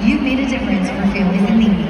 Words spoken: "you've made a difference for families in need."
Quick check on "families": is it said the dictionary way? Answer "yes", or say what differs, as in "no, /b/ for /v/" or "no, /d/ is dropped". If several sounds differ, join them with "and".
no, /m/ is dropped